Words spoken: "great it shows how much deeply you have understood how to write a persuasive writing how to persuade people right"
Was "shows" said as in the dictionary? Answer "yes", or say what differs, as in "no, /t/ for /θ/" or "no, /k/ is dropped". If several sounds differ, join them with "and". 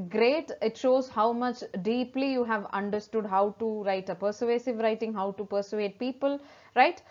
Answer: yes